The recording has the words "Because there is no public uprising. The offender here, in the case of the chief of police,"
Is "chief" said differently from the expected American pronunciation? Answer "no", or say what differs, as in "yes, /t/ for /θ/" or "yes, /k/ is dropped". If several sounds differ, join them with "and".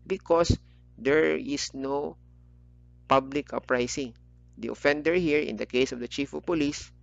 no